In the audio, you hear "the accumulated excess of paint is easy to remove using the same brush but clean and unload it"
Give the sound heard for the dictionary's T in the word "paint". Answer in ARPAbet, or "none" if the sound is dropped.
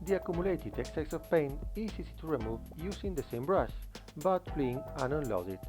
none